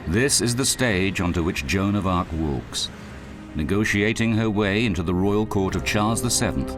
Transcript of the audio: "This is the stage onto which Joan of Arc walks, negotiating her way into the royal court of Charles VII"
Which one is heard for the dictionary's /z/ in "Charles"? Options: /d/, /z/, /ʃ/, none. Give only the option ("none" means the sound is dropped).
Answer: /z/